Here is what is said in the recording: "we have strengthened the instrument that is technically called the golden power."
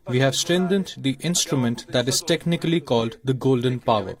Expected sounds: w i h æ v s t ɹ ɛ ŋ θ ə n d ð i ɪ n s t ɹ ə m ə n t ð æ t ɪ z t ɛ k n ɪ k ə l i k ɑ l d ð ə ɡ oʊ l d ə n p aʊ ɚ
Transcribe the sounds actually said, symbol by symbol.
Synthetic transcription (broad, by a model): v i h æ v s t ɹ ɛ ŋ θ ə n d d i ɪ n s t ɹ ə m ə n t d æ t ɪ z t ɛ k n ɪ k ə l i k ɑ l d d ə ɡ oʊ l d ə n p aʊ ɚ